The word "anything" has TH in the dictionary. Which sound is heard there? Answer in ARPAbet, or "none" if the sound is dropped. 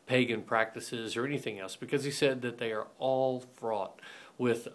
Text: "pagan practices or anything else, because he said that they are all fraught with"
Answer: TH